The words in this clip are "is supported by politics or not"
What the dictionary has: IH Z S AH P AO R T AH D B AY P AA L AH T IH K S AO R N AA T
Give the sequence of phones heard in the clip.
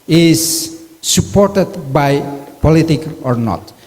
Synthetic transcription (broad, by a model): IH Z S AH P AO R T AH D B AY P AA L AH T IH K AO R N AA T